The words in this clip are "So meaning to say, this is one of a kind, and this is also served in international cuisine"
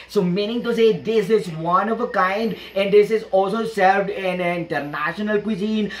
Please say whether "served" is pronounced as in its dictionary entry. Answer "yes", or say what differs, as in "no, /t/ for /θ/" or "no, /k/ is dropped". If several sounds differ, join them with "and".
yes